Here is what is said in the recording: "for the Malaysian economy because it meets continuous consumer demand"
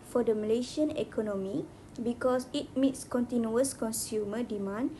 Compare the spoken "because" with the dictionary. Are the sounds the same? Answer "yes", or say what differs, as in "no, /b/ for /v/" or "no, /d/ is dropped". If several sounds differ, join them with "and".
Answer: no, /s/ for /z/